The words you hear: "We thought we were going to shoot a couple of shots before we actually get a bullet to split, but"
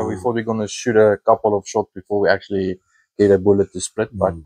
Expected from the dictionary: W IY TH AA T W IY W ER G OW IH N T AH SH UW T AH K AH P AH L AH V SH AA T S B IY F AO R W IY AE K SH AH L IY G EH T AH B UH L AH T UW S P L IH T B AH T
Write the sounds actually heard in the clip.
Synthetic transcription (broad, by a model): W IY F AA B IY G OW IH N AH SH UW T AH K AH P AH L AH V SH AA T S B IY F AO R W IY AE K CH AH L IY G EH T AH B UH L AH T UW S P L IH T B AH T